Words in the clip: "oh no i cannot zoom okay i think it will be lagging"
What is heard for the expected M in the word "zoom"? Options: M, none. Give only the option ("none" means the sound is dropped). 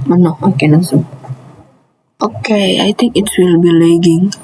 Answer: none